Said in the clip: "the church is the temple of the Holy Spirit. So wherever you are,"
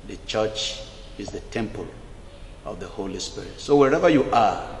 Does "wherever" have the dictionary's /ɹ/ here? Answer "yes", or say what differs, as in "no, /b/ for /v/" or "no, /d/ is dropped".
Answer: yes